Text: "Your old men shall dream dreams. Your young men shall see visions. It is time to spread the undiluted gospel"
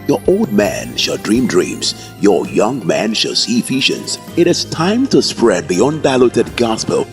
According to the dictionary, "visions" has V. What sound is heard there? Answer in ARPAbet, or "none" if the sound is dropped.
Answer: F